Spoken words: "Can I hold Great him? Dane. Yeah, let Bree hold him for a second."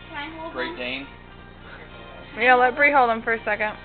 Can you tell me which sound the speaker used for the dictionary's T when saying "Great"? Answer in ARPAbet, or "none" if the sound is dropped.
none